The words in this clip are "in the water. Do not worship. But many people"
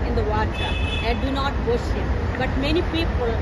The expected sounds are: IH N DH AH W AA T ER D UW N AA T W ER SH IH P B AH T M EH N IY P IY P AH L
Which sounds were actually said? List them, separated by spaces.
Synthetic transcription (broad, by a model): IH N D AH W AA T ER D UW N AA T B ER S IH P B AH T M EH N IY P IY P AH L